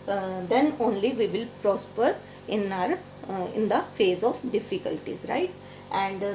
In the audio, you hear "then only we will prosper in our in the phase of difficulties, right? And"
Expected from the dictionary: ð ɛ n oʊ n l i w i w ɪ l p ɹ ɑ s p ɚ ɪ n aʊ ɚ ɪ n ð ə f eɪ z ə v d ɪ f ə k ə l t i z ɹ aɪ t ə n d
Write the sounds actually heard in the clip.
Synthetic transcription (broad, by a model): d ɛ n oʊ n l i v i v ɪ l p ɹ ɑ s p ɚ ɪ n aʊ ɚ ɪ n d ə f eɪ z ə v d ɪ f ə k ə l t i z ɹ aɪ t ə n d